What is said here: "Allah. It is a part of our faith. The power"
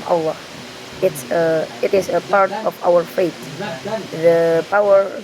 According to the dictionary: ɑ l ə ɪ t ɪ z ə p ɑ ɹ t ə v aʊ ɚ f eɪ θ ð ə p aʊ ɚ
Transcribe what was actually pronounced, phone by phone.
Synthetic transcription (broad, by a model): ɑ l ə ɪ t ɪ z ə p ɑ ɹ t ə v aʊ ɚ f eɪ t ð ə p aʊ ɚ